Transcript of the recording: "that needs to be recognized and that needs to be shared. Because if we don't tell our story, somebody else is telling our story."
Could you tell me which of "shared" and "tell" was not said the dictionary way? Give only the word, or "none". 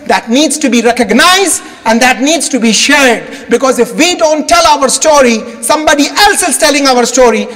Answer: none